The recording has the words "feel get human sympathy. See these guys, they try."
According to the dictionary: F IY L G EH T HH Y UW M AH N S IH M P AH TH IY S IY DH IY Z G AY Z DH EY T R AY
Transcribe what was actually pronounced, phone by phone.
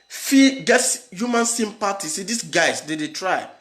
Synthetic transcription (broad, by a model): F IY G EH T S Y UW M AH N S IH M P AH T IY S IY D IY S G AY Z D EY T R AY